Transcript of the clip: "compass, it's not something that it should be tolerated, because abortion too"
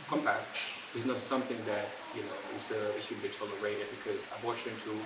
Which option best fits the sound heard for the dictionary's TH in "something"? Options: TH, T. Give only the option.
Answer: TH